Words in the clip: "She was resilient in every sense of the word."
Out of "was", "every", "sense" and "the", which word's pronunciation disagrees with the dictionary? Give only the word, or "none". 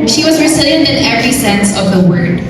none